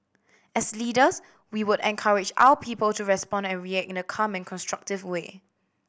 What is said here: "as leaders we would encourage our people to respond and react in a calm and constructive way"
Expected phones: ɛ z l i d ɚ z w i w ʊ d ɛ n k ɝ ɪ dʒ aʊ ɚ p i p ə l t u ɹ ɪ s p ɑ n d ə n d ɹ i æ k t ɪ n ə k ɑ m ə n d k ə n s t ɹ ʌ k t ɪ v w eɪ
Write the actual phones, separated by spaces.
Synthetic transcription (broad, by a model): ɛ s l i d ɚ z w i w ʊ d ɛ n k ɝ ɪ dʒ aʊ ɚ p i p ə l t u ɹ ɪ s p ɑ n d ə n ɹ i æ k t ɪ n ə k ɑ m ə n k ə n s t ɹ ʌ k t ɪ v w eɪ